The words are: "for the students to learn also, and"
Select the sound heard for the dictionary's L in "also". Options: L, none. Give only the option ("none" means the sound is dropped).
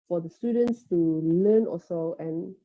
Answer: none